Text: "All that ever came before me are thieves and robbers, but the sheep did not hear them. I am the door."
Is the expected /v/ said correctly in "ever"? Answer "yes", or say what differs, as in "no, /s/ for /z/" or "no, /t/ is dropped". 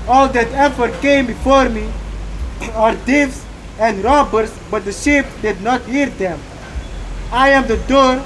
no, /f/ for /v/